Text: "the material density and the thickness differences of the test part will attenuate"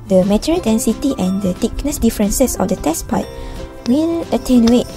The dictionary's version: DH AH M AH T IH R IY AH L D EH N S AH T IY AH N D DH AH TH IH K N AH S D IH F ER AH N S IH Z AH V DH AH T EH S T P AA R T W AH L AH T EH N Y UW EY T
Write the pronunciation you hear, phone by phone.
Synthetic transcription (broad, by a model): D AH M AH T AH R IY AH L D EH N S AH T IY AH N D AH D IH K N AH S D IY F ER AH N S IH S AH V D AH T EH S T P AA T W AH N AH T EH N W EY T